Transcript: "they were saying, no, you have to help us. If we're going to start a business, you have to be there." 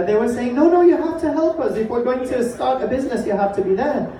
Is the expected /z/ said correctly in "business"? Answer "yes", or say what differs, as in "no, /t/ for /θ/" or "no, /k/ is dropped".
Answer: yes